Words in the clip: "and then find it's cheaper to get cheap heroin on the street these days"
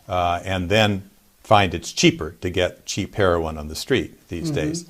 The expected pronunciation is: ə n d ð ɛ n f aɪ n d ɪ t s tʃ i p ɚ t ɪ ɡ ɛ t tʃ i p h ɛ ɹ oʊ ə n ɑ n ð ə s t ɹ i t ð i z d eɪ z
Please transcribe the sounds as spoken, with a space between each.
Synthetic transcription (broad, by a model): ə n ð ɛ n f aɪ n d ɪ t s tʃ i p ɚ t ɪ ɡ ɛ t tʃ i p h ɛ ɹ oʊ ə n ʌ n ð ə s t ɹ i t ð i z d eɪ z